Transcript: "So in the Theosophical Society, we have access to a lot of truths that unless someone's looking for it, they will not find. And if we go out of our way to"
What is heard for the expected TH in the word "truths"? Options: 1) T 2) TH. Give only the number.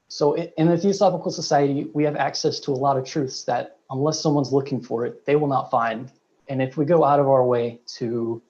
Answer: 2